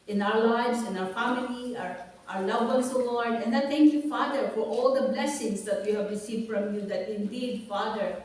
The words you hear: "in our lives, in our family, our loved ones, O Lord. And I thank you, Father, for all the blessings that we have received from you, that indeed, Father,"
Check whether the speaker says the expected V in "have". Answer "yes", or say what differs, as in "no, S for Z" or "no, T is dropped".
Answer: yes